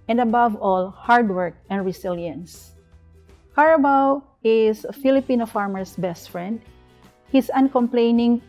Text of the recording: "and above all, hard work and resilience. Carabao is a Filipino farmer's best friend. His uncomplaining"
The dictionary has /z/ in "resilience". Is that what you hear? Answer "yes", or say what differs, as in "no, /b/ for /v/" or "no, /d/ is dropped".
no, /s/ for /z/